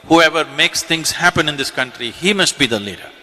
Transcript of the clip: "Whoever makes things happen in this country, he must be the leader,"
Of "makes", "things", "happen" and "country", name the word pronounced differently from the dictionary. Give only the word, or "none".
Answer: things